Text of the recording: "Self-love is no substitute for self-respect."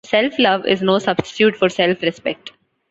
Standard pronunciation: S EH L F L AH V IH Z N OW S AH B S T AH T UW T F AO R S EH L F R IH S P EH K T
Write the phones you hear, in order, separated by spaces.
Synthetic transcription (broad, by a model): S EH L F L AH V IH Z N OW S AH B S T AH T UW T F AO R S EH L F R IH S P EH K T